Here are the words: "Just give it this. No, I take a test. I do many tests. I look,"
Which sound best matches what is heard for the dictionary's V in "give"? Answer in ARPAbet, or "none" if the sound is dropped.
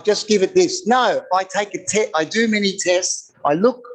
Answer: V